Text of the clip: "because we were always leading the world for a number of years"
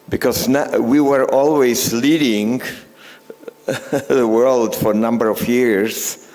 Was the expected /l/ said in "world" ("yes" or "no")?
yes